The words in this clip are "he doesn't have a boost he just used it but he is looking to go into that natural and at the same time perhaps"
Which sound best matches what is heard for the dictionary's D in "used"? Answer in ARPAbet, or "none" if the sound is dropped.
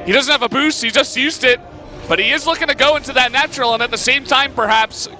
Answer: D